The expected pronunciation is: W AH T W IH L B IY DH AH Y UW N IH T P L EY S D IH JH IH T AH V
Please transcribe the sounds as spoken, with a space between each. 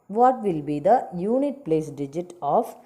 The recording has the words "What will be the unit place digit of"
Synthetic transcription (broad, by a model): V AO T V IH L B IY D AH Y UW N IH T P L EY S D IH JH IH T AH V